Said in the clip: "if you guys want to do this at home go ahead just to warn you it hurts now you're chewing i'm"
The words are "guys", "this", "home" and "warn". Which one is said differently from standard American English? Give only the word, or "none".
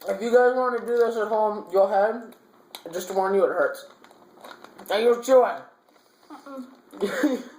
none